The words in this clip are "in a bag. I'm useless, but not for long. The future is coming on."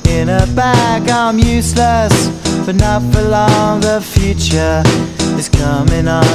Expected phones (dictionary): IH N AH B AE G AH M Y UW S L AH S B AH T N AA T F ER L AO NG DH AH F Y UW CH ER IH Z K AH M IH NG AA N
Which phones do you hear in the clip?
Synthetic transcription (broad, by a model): IH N AH B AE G AH M Y UW S L AH S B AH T N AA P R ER L AO NG DH AH F Y UW CH ER IH Z K AH M IH NG